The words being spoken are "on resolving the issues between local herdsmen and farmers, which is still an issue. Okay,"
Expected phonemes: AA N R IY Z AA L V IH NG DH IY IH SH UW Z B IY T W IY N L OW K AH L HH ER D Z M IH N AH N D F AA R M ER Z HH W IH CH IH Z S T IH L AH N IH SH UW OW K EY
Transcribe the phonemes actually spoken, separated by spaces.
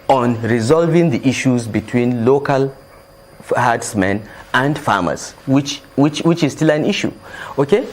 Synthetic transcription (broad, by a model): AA N R IY Z AA L V IH NG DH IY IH SH UW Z B IY T W IY N L OW K AH L HH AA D S M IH N AH N D F AA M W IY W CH W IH CH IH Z S T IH L AH N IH SH UW OW K EY